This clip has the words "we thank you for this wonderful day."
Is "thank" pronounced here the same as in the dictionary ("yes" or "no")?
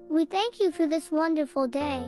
yes